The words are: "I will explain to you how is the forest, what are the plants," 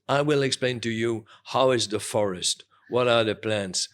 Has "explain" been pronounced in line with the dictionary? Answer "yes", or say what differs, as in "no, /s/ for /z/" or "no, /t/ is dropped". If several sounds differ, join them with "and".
yes